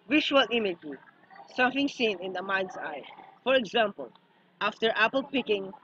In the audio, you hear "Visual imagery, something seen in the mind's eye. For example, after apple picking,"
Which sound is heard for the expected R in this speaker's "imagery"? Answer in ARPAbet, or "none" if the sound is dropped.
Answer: none